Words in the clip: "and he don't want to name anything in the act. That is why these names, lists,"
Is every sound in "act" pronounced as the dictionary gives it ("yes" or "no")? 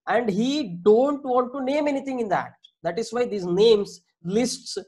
no